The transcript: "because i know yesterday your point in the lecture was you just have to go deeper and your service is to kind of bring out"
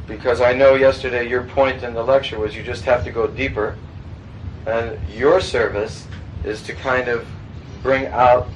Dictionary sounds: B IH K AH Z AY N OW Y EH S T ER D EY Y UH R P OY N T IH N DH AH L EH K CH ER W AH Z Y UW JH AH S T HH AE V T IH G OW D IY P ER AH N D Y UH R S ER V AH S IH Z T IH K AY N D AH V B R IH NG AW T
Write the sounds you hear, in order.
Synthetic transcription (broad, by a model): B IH K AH Z AY N OW Y EH S T ER D EY Y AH R P OY N T IH N DH AH L EH K CH ER W AH Z Y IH JH AH S T HH AE F T IH G OW D IY P ER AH N Y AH R S ER V AH S IH Z T IH K AY N D AH V B R IH NG AW T